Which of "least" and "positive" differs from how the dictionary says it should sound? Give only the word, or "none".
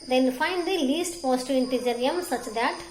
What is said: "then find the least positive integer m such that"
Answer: positive